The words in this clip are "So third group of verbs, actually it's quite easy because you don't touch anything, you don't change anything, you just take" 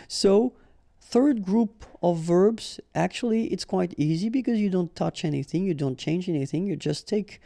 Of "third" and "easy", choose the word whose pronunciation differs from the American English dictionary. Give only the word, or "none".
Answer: none